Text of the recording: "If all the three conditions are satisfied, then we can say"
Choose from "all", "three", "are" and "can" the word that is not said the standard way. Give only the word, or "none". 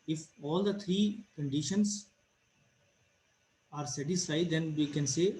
three